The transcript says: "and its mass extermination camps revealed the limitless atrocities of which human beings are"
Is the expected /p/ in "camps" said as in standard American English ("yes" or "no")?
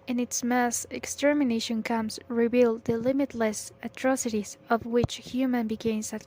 no